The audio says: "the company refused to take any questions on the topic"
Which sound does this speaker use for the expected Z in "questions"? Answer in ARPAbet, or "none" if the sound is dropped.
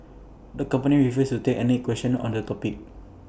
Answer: none